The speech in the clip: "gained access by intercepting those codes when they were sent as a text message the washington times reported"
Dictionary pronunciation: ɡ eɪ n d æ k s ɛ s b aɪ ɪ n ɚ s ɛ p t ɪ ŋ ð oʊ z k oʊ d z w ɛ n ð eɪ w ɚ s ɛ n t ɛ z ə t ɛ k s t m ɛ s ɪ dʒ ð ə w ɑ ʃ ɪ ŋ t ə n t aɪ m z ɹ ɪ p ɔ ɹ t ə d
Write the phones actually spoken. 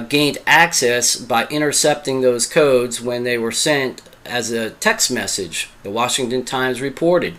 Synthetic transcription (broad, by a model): ɡ eɪ n d æ k s ɛ s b aɪ ɪ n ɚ s ɛ p t ɪ ŋ ð oʊ z k oʊ d z w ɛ n ð eɪ w ɚ s ɛ n t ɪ z ə t ɛ k s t m ɛ s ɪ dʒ ð ə w ɑ ʃ ɪ ŋ t ə n t aɪ m z ɹ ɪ p ɔ ɹ t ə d